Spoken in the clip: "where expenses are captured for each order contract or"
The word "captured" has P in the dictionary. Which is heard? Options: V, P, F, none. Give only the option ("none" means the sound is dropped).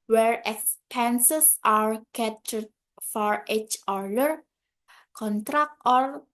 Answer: none